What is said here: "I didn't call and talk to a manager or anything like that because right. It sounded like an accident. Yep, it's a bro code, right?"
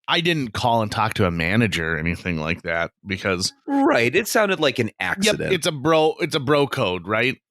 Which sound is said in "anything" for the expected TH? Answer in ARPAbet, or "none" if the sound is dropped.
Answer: TH